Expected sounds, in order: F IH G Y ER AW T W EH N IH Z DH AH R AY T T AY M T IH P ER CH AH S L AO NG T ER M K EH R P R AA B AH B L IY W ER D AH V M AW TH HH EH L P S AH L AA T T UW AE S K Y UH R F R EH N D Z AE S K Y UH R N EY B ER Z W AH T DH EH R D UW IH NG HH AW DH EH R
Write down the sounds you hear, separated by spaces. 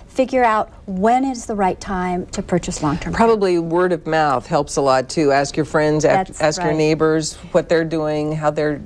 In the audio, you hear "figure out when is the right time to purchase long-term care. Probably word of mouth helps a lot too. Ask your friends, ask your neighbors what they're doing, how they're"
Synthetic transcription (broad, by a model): F IH G Y ER AW T W EH N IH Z DH AH R AY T T AY M T IH P ER CH AH S L AO NG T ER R P R AA B AH B L IY W ER D AH V M AW TH HH EH L P S AH L AA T T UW AE S K Y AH R F R EH N D Z AE S K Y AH R N EY B ER Z W AH T DH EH R D UW IH NG HH AW DH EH R